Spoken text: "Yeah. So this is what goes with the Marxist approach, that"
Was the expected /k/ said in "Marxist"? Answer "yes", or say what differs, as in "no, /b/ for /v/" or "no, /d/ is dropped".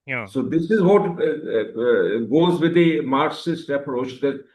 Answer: no, /k/ is dropped